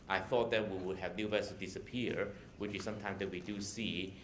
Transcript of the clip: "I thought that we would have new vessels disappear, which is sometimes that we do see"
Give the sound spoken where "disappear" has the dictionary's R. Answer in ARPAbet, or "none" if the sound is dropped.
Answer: R